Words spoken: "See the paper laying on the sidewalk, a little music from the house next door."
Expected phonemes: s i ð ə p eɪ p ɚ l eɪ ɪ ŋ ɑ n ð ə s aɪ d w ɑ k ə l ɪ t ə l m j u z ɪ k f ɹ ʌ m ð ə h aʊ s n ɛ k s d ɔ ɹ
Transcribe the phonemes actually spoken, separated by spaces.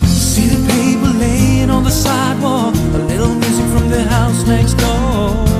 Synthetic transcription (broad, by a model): s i ð ə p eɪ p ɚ l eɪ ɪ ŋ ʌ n ð ə s aɪ d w ɑ ə l ɪ t l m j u z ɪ f ɹ ʌ m ð ə h aʊ s n ɛ k s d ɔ